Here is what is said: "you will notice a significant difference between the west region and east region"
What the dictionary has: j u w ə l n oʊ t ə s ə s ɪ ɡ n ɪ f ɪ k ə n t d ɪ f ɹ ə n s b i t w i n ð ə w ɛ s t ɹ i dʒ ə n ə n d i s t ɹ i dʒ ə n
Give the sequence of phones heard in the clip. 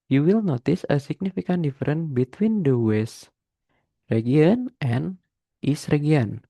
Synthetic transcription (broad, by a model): j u w ə l n oʊ t ə s ə s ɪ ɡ n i f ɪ k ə n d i f ɹ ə n b i t w i n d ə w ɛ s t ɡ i ə n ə n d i s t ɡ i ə n